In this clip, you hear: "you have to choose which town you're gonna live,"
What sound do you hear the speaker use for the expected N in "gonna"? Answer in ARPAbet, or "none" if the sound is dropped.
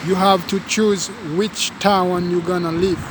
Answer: N